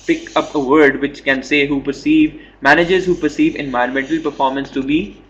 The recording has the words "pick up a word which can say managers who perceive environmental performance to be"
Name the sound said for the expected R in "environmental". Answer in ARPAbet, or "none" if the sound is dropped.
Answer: none